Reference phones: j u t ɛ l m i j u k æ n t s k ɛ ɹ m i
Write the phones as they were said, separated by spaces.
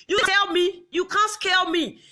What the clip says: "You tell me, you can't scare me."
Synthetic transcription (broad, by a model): j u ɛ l m i j u k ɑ n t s k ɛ l m i